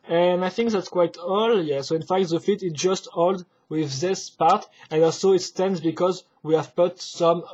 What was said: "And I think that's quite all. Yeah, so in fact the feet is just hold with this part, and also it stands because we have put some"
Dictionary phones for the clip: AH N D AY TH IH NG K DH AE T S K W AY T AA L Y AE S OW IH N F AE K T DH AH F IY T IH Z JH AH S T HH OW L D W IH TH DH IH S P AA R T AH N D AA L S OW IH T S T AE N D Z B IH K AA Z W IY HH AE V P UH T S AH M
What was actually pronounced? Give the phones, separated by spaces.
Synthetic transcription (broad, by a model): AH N AY TH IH NG K DH AE T S K W AY T AA L Y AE S OW IH N F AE K T DH AH F IY T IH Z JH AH S T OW L D W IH DH IH S P AA R T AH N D AA L S OW IH T S T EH N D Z B IH K AA Z W IY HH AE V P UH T S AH M